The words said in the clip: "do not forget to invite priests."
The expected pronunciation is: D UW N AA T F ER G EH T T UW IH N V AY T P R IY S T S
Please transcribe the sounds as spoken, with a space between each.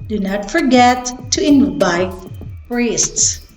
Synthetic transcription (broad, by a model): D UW N AA T F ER G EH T T UW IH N B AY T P R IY S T S